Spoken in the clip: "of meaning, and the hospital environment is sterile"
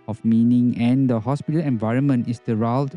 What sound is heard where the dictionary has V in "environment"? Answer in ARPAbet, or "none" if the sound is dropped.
V